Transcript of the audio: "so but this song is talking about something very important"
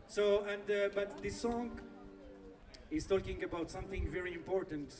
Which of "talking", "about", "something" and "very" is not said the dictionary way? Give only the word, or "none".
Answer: none